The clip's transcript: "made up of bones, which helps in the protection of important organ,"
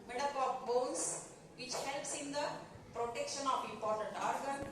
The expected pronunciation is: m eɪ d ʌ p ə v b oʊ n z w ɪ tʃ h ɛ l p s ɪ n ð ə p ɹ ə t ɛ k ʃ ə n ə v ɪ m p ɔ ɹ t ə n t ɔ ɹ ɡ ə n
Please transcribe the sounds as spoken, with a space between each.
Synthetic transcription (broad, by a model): m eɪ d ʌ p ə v b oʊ n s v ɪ tʃ h ɛ l p s ɪ n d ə p ɹ ə t ɛ k ʃ ə n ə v ɪ m p ɔ ɹ t ə n t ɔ ɹ ɡ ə n